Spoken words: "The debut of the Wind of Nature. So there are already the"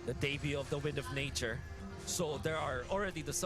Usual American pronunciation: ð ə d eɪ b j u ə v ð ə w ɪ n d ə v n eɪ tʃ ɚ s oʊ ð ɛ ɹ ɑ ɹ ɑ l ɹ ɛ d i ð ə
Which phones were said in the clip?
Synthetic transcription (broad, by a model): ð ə d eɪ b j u ə v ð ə w ɪ n d ə v n eɪ tʃ ɚ s oʊ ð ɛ ɹ ɑ ɹ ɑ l ɹ ɛ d i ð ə